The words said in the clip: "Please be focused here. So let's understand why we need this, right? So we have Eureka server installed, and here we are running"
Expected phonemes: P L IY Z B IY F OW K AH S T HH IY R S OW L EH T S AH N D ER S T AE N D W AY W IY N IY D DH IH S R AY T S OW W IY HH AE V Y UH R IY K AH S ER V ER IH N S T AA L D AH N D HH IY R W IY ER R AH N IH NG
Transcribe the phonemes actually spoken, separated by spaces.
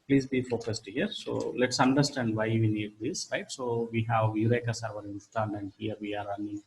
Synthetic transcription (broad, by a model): P L IY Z B IY F OW K AH S T HH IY R S OW L EH T S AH N D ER S T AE N D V AY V IY N IY D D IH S R AY T S OW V IY HH AE V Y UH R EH K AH S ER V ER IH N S T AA N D AH N D HH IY R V IY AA R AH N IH